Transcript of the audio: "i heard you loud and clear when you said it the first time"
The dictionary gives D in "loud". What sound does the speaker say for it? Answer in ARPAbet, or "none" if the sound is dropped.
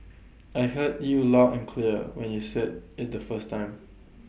none